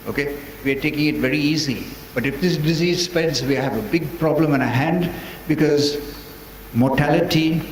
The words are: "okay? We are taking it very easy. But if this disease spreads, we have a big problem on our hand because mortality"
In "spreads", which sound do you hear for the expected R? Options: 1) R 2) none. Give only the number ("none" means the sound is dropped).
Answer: 2